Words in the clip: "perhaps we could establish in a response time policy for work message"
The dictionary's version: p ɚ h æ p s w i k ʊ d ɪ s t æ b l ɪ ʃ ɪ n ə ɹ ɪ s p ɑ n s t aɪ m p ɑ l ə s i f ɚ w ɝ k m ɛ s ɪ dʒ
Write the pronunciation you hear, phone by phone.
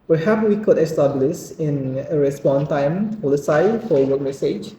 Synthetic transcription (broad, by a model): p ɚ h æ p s w i k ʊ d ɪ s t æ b l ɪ s ɪ n ə ɹ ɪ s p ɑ n t aɪ m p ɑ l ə s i f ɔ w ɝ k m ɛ s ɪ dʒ